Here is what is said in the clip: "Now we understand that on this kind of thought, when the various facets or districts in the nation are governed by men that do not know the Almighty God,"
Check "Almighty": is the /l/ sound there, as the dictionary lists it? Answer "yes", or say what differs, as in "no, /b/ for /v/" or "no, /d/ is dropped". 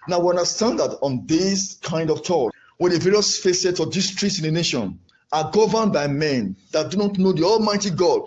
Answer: yes